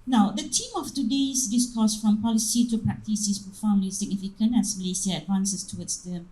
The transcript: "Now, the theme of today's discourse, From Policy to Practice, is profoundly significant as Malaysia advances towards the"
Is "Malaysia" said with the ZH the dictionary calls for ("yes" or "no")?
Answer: no